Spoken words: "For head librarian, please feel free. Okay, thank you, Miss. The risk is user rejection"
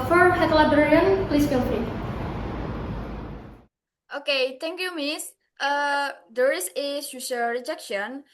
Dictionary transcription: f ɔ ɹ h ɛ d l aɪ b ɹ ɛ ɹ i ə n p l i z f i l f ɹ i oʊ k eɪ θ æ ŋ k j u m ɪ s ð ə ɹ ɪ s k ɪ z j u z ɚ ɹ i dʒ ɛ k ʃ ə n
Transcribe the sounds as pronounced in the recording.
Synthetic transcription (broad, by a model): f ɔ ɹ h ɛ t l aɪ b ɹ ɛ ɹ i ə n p l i s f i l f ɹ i oʊ k eɪ t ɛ ŋ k j u m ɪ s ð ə ɹ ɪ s ɪ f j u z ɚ ɹ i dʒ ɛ k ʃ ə n